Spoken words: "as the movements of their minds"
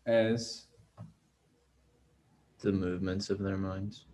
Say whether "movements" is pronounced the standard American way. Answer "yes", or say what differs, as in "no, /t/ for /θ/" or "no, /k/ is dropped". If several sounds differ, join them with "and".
yes